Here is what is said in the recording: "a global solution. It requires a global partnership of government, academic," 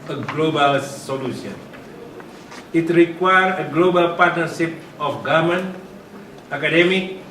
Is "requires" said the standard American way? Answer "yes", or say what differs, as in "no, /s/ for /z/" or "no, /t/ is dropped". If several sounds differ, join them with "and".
no, /z/ is dropped